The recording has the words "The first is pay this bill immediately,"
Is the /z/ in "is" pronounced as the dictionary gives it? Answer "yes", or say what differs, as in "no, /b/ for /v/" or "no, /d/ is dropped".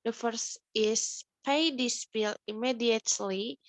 no, /s/ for /z/